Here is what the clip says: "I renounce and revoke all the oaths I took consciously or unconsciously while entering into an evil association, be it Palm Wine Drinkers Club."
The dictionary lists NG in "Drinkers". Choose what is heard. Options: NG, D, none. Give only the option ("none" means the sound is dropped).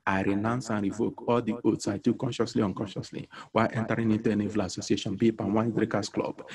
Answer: none